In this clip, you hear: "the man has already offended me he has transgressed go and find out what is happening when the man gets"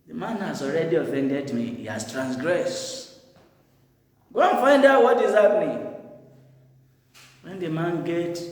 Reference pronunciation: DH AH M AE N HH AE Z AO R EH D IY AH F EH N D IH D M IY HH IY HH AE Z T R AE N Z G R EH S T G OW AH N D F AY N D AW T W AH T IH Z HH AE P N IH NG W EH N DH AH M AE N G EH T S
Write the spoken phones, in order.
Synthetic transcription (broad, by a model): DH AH M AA N HH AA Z AO R EH D IY AH F EH N D IH D M IY HH IY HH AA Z T R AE N S G R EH S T G OW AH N F AY N D AW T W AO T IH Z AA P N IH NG W EH N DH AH M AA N G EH T